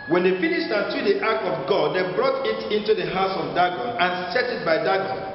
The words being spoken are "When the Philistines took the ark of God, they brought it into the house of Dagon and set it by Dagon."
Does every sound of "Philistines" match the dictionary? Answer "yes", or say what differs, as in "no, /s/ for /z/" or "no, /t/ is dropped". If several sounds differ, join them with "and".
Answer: no, /n/ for /l/